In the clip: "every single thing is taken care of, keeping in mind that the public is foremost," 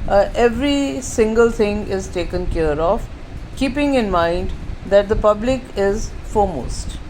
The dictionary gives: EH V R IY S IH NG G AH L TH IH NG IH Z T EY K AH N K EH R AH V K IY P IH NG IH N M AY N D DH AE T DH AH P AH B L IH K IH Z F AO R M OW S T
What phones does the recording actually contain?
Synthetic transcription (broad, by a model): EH V R IY S IH NG G AH L T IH NG IH Z T EY K AH N K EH R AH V K IY P IH NG IH N M AY N D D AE T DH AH P AH B L IH K IH Z F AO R M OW S T